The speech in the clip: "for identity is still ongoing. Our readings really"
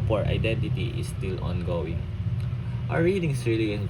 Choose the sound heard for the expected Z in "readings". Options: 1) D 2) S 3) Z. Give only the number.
2